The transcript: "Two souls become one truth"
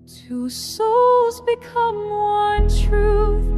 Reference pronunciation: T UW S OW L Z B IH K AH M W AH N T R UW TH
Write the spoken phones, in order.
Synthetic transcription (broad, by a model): T UW S OW L Z B IH K AH M W AH N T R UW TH